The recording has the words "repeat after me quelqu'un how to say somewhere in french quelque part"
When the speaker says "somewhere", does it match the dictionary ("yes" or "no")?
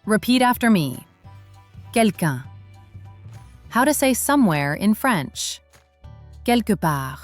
yes